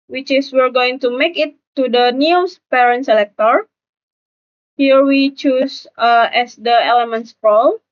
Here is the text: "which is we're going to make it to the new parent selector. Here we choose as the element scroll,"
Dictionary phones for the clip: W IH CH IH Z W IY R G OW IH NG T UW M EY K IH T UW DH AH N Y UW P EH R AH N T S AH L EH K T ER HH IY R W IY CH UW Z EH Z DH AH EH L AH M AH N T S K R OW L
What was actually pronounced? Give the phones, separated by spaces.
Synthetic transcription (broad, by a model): W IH CH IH S W IY R G OW IH NG T UW M EY K IH T UW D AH N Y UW P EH R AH N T S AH L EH K T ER HH IY R W IY CH UW S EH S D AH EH L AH M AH N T S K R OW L